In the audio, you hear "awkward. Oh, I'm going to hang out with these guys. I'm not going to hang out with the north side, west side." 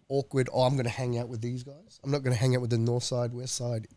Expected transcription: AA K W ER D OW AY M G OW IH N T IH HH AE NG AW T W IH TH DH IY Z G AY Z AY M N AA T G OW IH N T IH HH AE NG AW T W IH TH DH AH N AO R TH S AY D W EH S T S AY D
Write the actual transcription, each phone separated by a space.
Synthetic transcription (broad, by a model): AA K W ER D OW AY M G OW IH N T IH HH AE NG AW T W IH DH IY Z G AY Z AY M N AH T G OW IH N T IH HH AE NG AW T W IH DH AH N AO R TH S AY D W EH S T S AY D